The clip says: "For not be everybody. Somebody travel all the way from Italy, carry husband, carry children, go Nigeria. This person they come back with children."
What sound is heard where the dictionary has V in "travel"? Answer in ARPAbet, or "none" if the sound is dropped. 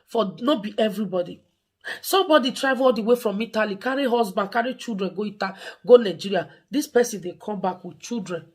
none